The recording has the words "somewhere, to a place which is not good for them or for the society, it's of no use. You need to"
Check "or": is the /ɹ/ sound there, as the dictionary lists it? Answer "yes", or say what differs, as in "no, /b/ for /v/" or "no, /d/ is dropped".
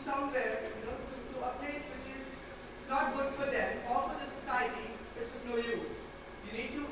no, /l/ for /ɹ/